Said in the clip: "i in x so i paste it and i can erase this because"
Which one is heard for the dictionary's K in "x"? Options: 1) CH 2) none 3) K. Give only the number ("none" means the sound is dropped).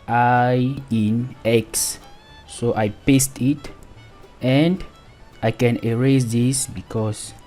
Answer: 3